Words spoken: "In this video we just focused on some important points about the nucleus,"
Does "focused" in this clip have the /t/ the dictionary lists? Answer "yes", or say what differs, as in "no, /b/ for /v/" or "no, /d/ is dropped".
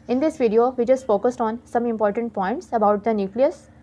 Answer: yes